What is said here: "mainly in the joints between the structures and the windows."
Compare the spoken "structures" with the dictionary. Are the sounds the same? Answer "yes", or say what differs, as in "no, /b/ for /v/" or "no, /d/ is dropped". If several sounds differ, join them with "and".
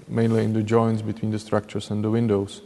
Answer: no, /s/ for /z/